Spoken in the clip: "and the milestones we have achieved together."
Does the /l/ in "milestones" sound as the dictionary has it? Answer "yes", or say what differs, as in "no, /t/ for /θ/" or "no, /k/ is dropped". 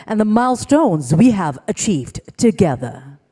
yes